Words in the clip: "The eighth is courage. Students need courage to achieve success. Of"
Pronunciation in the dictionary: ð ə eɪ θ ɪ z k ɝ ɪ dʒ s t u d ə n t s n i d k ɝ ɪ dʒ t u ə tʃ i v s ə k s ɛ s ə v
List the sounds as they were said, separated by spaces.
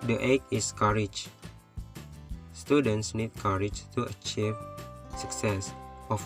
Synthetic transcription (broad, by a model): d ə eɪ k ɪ s k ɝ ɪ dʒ s t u d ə n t s n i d k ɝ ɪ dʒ t u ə tʃ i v s ə k s ɛ s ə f